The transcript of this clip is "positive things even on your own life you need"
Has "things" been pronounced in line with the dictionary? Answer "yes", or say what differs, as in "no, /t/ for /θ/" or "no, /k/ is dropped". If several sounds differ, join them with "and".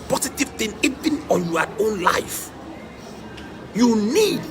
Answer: no, /z/ is dropped